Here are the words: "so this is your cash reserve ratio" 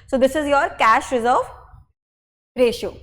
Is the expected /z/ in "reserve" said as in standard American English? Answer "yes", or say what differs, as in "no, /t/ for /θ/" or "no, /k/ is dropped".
yes